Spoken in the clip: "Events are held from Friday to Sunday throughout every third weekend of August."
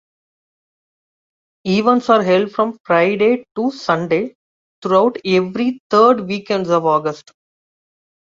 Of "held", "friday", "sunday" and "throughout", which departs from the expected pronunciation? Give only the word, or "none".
throughout